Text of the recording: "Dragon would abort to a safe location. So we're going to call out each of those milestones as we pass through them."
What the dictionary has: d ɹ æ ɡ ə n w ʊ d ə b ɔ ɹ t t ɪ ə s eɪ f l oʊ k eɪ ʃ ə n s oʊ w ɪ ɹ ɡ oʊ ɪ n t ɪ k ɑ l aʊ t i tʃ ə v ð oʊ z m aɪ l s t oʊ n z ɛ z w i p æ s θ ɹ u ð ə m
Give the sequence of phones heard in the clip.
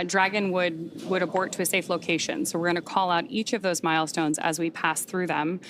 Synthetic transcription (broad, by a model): d ɹ æ ɡ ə n w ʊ d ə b ɔ ɹ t t ɪ ə s eɪ f l oʊ k eɪ ʃ ə n s oʊ w ɪ ɹ ɡ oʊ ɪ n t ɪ k ɑ l aʊ t i tʃ ə v ð oʊ z m aɪ l s t oʊ n z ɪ z w i p æ s θ ɹ u ð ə m